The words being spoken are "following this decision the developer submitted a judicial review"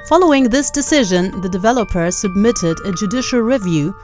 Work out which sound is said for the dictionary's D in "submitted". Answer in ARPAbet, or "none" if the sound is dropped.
D